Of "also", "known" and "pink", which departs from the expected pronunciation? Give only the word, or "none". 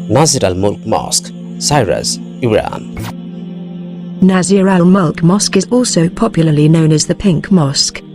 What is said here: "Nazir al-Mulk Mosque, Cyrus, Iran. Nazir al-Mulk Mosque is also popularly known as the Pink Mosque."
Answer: none